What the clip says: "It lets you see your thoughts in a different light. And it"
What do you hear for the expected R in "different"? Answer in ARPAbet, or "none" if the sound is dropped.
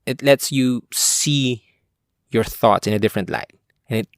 R